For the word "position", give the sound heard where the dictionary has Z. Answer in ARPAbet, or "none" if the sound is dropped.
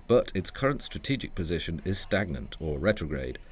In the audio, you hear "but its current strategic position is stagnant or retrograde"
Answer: Z